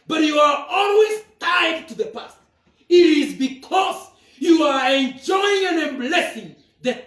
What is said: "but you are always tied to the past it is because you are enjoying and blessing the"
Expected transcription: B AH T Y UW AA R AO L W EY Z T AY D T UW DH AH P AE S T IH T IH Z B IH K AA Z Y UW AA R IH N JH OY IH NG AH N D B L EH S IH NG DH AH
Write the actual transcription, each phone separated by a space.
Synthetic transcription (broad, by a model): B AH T Y UW AA R AO L W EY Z T AY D T UW DH AH P AE S T IH T IH Z B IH K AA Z Y UW AA R IH N JH OY IH NG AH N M B L EH S IH NG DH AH